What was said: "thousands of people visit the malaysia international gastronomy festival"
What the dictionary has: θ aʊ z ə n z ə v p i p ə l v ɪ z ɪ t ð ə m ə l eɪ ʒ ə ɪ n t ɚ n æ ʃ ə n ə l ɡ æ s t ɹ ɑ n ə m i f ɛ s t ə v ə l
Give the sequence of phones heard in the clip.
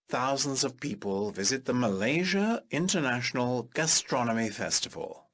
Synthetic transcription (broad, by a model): θ aʊ z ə n z ə v p i p ə l v ɪ z ɪ t ð ə m ə l eɪ ʒ ə ɪ n t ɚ n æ ʃ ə n ə l ɡ æ s t ɹ ɑ n ə m i f ɛ s t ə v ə l